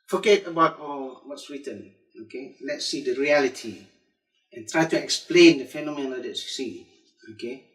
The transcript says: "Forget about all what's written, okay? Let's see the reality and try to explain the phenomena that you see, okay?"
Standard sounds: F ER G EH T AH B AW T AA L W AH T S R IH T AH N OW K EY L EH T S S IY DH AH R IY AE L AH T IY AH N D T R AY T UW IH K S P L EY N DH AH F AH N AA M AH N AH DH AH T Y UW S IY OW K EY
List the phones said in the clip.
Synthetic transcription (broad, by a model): F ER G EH T AH B AW T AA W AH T S W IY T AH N OW K EY L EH T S S IY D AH R IY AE L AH T IY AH N T R AY T UW IH K S P L EY N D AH F AH N AA M AH N AH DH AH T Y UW S IY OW K EY